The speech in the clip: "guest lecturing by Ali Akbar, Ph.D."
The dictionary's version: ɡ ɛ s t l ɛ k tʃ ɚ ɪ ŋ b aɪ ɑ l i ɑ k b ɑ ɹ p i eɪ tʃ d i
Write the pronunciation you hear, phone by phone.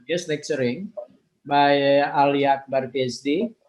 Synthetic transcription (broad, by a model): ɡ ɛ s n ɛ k s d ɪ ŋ b aɪ ɑ l i ɑ k b ɑ ɹ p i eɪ s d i